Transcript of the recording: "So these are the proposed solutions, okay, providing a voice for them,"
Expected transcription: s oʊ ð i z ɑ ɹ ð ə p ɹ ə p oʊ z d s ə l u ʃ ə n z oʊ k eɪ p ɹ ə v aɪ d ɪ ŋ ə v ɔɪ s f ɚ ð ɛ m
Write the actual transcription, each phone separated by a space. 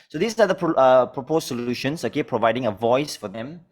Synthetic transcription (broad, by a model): s oʊ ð i s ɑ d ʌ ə p ɹ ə p oʊ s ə l u ʃ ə n s oʊ k eɪ p ɹ ə v aɪ d ɪ ŋ ə v ɔɪ s f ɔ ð ɛ m